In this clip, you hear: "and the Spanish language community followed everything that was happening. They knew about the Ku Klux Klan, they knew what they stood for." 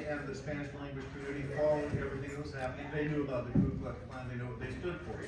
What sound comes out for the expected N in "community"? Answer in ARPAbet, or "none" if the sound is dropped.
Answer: none